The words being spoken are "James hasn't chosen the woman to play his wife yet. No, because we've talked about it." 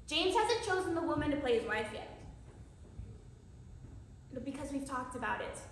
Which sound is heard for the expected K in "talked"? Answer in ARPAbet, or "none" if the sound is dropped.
K